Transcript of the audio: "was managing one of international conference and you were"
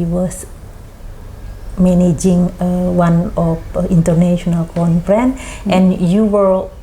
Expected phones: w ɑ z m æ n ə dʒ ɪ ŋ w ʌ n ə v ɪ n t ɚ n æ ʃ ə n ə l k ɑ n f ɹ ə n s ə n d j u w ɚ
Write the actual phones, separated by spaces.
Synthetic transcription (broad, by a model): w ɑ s m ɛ n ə dʒ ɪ ŋ w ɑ n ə f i n t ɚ n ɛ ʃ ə n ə l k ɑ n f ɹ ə n ə n j u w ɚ